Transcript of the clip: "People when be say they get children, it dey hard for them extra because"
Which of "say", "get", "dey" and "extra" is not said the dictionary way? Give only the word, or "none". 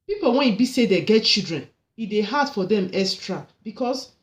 extra